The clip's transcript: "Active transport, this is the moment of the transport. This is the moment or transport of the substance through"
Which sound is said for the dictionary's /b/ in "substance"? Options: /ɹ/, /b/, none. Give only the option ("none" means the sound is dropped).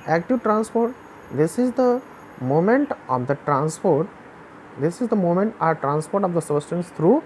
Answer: none